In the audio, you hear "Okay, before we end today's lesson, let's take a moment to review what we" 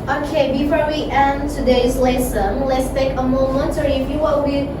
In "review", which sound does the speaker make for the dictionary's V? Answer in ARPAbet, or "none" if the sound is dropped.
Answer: F